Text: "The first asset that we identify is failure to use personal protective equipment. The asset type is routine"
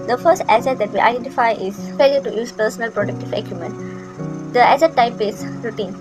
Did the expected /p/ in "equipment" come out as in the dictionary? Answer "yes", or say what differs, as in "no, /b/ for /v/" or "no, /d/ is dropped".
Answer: no, /p/ is dropped